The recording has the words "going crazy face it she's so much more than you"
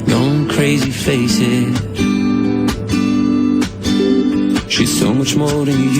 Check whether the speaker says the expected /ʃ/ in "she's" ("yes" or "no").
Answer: yes